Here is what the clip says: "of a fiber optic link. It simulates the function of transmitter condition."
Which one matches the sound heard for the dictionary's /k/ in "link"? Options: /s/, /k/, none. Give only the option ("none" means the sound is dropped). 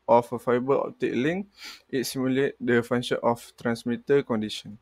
none